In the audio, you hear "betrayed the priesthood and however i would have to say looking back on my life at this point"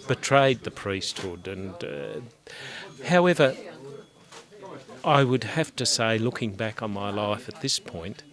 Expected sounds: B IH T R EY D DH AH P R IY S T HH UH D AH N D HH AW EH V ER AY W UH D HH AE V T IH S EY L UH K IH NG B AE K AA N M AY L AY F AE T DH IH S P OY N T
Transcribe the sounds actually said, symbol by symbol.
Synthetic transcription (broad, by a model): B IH T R EY D DH AH P R IY S T HH UH D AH N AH HH AW EH V ER AY W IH D HH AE F T IH S EY L UH K IH NG B AE K N M AY L AY F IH T DH IH S P OY N T